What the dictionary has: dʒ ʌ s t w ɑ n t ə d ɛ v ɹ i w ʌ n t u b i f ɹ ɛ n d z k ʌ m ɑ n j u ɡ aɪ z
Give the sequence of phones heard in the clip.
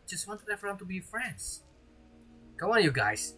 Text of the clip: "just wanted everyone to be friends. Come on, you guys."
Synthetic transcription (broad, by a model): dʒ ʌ s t w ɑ n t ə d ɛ f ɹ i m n t u b i f ɹ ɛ n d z k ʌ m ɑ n j u ɡ aɪ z